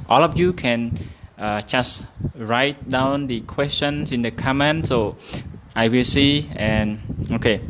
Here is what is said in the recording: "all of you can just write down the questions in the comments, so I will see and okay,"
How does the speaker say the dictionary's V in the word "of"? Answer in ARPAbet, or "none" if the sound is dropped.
F